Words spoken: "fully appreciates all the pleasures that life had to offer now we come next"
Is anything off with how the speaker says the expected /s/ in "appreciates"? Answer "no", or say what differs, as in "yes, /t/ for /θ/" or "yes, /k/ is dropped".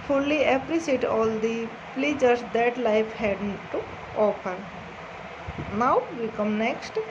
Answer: yes, /s/ is dropped